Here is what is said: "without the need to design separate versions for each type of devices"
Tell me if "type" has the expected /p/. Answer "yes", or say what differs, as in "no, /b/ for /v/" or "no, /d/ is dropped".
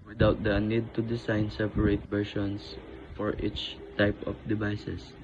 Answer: yes